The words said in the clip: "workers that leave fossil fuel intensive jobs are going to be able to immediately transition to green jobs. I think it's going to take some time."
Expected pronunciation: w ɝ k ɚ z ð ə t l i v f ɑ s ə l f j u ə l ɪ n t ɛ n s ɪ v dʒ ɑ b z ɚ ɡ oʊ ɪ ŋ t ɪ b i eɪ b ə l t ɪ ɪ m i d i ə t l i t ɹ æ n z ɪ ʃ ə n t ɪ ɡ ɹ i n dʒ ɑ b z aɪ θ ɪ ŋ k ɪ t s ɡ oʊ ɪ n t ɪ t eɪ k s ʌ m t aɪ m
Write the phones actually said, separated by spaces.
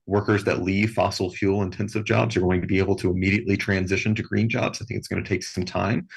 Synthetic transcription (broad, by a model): w ɝ k ɚ z ð ə t l i v f ɑ s l f j u l ɪ n t ɛ n s ɪ v dʒ ɑ b z ɚ ɡ oʊ ɪ ŋ t ɪ b i eɪ b l t ɪ ɪ m i d i ə t l i t ɹ æ n z ɪ ʃ ə n t ɪ ɡ ɹ i n dʒ ɑ b z aɪ θ ɪ ŋ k ɪ t s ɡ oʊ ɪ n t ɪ t eɪ k s ʌ m t aɪ m